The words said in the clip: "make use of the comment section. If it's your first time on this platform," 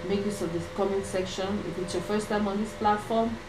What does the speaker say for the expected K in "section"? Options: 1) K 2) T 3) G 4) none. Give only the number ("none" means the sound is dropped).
1